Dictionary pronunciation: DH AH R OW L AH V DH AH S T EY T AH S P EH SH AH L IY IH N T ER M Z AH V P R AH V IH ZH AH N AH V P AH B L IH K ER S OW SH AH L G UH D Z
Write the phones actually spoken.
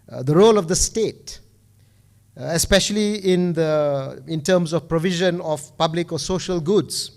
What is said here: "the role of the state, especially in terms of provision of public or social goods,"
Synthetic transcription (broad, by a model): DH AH R OW L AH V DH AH S T EY T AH S P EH SH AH L IY IH N T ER M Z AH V P R AH V IH ZH AH N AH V P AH B L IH K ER S OW SH AH L G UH D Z